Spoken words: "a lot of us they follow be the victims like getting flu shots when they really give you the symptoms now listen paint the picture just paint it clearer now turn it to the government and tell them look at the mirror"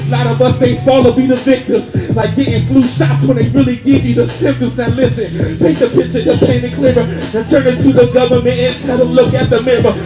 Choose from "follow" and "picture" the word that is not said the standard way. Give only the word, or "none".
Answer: picture